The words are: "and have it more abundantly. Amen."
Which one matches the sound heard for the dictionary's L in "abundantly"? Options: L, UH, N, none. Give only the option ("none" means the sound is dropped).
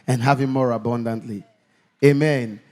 L